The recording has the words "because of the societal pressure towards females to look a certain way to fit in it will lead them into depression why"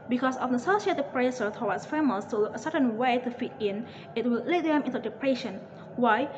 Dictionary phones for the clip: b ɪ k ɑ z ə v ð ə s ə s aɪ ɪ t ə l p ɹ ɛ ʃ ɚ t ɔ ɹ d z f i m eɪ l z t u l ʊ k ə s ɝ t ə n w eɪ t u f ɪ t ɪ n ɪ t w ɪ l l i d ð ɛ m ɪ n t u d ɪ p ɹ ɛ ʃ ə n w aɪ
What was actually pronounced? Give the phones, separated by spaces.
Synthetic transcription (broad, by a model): b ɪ k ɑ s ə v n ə s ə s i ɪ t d p ɹ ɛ s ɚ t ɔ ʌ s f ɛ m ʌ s t u ə s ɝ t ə n w eɪ t u f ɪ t ɪ n ɪ t w ɪ l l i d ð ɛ m ɪ n t u d ɪ p ɹ ɛ ʃ ə n w aɪ